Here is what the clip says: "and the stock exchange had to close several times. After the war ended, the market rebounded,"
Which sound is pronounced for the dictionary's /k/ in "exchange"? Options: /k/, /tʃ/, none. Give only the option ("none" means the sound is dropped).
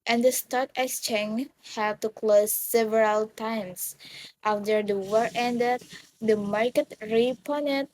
none